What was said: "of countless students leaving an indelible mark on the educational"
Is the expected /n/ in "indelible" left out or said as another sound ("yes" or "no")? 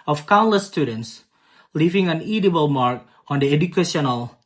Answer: yes